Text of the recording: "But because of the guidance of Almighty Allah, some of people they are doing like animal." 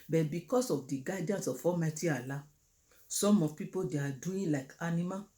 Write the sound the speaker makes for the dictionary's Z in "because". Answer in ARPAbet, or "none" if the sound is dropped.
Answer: S